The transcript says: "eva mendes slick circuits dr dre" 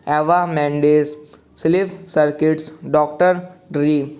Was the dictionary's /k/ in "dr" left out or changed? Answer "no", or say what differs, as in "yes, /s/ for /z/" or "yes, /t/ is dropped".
no